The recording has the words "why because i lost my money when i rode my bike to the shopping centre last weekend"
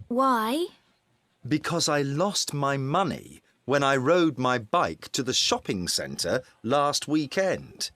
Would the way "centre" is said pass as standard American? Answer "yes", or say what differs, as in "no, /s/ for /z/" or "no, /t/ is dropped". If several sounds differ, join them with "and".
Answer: yes